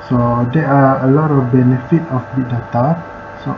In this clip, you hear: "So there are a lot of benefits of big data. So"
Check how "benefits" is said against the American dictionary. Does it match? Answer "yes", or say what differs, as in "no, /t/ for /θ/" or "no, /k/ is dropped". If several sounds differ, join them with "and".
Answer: no, /s/ is dropped